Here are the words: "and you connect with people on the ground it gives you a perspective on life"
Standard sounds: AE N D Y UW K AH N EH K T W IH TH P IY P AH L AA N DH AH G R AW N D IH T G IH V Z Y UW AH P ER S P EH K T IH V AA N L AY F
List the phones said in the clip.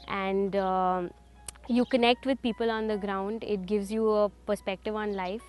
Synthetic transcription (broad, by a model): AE N D Y UW K AH N EH K T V IH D P IY P AH L AA N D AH G R AW N D IH T G IH V Z Y UW AH P ER S P EH K T IH V AA N L AY F